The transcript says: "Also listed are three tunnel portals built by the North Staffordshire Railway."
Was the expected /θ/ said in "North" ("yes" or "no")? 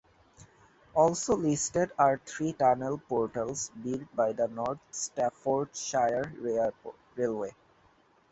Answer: no